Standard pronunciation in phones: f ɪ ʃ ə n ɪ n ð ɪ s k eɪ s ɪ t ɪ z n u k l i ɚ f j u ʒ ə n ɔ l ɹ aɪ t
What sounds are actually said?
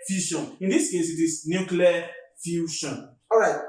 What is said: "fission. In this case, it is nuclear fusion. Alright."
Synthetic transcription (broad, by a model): f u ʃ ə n ɪ n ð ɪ s k eɪ s ɪ t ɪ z n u k l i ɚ f j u ʃ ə n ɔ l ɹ aɪ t